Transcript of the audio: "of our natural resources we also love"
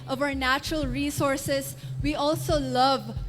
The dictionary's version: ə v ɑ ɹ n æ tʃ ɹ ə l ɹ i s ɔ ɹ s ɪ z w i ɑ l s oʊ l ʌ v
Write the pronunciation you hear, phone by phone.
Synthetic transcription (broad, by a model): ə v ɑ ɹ n æ tʃ ɹ ə l ɹ i s ɔ ɹ s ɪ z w i ɑ l s oʊ l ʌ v